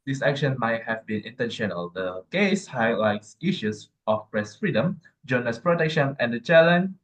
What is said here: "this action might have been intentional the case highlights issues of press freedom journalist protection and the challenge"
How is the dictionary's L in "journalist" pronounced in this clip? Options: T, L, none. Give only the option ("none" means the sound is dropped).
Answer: none